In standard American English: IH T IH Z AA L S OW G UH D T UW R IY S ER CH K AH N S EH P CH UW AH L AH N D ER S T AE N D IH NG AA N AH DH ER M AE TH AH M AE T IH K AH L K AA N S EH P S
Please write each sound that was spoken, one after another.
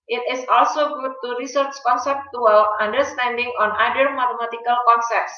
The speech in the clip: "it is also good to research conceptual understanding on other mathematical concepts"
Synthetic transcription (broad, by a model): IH T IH S AA L S OW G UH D T UW R IY S ER CH K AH N S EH P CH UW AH L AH N D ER S T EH N D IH NG AA N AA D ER M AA T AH M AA T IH K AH L K AA N S EH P S